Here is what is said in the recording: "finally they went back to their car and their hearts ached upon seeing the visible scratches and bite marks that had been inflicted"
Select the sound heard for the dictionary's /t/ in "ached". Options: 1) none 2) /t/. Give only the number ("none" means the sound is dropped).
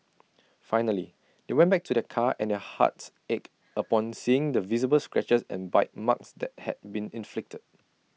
1